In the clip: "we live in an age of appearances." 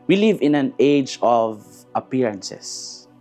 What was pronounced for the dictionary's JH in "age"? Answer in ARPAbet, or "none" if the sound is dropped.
JH